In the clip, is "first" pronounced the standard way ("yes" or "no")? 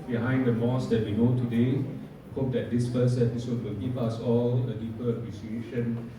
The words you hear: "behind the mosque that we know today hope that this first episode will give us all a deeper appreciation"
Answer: no